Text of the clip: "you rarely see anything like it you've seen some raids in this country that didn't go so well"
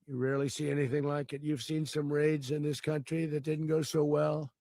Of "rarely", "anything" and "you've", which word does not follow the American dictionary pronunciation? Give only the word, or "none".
none